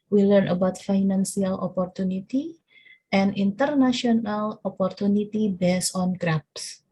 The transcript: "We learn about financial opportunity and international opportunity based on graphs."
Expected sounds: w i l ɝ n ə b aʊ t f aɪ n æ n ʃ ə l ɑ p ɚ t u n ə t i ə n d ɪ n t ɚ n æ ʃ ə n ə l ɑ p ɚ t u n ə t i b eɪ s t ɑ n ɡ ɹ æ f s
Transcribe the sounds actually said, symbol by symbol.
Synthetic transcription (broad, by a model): w i l ɝ n ə b aʊ t f aɪ n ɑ n s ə l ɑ p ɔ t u n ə t i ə n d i n t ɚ n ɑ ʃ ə n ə l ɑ p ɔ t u n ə t i b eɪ s ɑ n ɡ ɹ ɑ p s